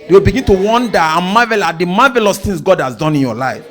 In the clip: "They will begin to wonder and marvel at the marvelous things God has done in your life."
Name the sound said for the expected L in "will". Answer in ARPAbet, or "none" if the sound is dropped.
L